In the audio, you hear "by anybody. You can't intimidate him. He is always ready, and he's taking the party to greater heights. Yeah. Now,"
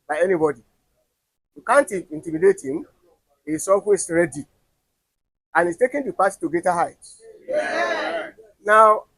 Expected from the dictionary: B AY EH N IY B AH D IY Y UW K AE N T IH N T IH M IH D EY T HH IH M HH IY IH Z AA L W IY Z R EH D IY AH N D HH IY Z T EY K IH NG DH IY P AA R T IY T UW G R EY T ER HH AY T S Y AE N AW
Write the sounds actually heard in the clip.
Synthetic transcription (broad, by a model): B AY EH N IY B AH D IY Y UW K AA N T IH N T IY M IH D EY T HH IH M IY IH S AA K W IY S R EH D IY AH N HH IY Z T EY K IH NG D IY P AA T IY T UW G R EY T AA HH AY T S N AW